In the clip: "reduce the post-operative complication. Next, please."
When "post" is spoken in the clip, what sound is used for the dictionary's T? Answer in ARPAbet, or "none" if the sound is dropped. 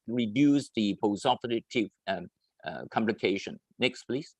none